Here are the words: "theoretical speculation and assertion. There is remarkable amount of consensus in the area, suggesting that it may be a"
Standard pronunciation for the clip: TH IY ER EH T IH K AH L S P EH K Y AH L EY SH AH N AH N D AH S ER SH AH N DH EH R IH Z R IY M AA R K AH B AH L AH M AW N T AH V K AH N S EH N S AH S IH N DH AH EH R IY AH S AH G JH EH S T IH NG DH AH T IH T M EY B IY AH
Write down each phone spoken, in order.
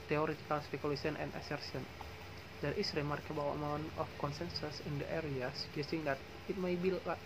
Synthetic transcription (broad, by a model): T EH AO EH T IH K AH L S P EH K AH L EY S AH N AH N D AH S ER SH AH N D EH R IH S R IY M AA R K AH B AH W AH M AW N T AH F K AH N S EH N S AH S IH N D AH EH R IY AH S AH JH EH S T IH NG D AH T IH T M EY B IY